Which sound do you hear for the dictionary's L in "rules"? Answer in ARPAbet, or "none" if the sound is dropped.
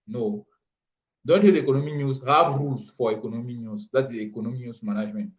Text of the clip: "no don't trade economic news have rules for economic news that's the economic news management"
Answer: none